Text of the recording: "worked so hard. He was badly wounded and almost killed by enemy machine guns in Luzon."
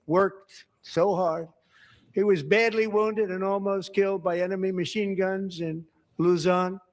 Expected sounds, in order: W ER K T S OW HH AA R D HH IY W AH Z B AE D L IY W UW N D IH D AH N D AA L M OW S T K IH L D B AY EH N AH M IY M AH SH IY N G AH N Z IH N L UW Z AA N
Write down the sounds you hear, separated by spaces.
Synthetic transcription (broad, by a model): W ER K T S OW HH AA R D HH IY W AH Z B AE D L IY W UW N D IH D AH N AA L M OW S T K IH L D B AY EH N AH M IY M AH SH IY N G AH N Z IH N L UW Z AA N